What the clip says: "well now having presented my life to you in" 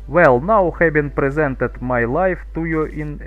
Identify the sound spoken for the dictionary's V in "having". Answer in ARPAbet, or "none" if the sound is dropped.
B